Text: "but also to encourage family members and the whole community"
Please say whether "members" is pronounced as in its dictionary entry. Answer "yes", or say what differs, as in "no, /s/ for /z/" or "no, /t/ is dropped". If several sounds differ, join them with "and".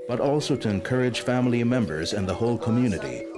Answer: yes